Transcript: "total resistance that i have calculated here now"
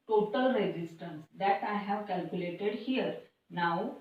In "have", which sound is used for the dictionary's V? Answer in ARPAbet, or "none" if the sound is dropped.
V